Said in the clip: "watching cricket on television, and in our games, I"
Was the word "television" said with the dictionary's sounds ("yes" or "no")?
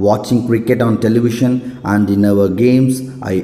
no